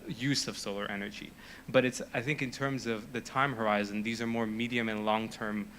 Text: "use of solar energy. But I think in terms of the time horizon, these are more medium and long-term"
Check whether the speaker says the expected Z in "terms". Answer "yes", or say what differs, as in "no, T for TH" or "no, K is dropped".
yes